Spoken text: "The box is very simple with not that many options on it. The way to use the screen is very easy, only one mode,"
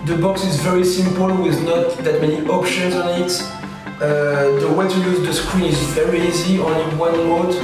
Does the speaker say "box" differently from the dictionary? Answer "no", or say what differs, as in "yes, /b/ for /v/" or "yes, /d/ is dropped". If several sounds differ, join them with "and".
no